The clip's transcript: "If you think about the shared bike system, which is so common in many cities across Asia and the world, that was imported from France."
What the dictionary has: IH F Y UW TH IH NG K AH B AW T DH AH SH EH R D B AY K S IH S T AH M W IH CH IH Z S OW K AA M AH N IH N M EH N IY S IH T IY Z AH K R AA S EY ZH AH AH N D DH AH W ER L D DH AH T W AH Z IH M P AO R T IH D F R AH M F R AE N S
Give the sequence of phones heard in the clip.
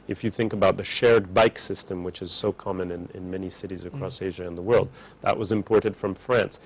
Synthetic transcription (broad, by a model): IH F Y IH TH IH NG K AH B AW T DH AH SH EH R D B AY K S IH S T AH M W IH CH IH Z S OW K AA M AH N IH N M EH N IY S IH T IY Z AH K R AA S EY ZH AH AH N DH AH W ER L D DH AH T W AH Z IH M P AO R T IH D F R AH M F R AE N S